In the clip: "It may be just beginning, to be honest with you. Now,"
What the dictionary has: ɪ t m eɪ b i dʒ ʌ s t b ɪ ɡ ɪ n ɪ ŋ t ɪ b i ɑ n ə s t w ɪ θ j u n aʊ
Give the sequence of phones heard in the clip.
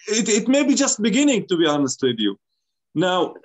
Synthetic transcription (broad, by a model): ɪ t m eɪ b i dʒ ʌ s t b ɪ ɡ ɪ n ɪ ŋ t ɪ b i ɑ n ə s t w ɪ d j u n aʊ